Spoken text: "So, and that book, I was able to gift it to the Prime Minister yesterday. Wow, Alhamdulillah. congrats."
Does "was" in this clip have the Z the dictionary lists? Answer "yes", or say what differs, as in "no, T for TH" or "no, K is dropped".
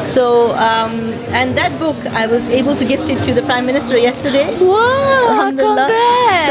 yes